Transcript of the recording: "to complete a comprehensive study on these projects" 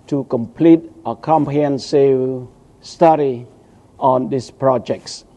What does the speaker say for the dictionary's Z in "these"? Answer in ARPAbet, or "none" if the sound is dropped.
S